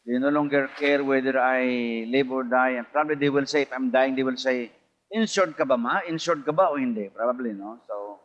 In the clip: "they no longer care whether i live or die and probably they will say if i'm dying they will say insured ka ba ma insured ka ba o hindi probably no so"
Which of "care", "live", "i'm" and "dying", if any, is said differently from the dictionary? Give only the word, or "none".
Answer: live